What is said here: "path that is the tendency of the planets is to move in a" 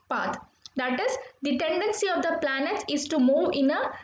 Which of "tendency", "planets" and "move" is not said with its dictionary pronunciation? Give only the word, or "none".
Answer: planets